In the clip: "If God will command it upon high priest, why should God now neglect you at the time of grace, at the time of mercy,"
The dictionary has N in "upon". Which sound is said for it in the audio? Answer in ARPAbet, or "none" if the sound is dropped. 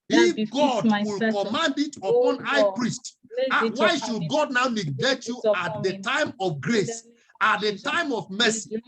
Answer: N